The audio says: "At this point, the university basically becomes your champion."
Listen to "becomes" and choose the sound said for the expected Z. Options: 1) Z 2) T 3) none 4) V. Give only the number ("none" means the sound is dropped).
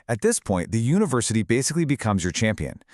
1